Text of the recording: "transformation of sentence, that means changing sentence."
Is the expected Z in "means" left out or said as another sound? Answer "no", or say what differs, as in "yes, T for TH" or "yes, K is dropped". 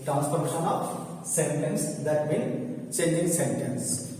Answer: yes, Z is dropped